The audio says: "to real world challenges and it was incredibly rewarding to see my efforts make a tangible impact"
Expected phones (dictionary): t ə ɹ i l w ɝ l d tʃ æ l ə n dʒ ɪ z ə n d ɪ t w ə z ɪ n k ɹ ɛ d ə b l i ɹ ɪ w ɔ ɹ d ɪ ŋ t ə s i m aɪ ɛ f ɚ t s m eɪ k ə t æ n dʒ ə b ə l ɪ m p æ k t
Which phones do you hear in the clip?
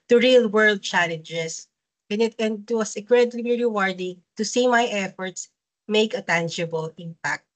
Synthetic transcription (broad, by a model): t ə ɹ i l w ɝ l d tʃ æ l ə n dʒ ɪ s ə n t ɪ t w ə s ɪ k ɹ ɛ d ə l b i ɹ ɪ w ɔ ɹ d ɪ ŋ t ə s i m aɪ ɛ f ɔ t s m eɪ k ə t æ n dʒ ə b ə l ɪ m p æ k t